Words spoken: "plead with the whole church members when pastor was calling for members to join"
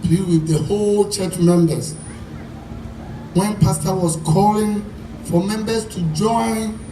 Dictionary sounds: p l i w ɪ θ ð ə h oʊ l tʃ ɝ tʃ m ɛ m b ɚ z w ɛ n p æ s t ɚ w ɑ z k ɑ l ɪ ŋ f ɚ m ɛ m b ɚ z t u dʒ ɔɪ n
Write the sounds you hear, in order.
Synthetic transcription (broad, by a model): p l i w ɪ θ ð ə h oʊ l tʃ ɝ tʃ m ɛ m b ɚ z w ɛ n p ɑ s t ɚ w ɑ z k ɑ l ɪ ŋ f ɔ m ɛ m b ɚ s t u dʒ ɔɪ n